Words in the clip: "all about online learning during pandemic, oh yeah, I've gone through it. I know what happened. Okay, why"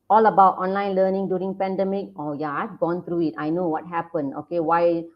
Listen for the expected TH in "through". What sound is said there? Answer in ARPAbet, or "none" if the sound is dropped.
T